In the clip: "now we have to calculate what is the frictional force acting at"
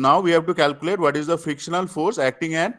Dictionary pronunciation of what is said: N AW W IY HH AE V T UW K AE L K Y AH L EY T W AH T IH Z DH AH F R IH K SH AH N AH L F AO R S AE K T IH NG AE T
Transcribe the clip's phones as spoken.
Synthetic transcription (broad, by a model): N AW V IY HH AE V T UW K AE L K Y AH L EY T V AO T IH Z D AH F IH K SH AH N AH L F AO R S AE K T IH NG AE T